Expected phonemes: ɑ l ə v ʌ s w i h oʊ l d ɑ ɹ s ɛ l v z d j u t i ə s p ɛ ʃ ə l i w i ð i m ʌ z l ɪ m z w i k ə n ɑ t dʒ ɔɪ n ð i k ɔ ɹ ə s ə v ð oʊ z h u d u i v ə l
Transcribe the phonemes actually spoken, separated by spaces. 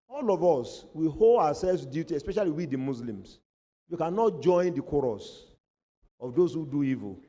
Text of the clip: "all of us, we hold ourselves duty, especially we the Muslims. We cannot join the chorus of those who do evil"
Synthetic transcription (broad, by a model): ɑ l ə v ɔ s w i h oʊ l d ɑ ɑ s ɛ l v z d j u t i ə s p ɛ ʃ ə l i w i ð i m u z l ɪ m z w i k ə n ɑ t dʒ ɔɪ n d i k ɔ ɹ ə s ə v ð oʊ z h u d u i v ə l